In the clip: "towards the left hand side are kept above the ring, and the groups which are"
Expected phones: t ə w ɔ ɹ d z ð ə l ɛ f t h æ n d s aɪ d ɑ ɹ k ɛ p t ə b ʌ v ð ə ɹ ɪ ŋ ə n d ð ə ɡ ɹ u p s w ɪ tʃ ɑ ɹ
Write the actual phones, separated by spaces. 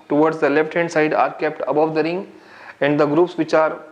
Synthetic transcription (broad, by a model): t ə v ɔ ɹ d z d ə l ɛ f t h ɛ n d s aɪ d ɑ ɹ k ɛ p t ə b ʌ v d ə ɹ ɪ ŋ ə n d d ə ɡ ɹ u p s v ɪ tʃ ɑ ɹ